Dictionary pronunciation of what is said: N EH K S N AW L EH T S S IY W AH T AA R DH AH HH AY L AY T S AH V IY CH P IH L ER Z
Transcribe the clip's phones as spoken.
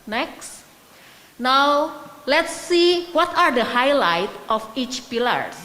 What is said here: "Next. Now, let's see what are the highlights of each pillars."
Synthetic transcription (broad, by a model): N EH K S N AW L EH T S S IY W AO T AA R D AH HH AY L AY T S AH F IY CH P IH L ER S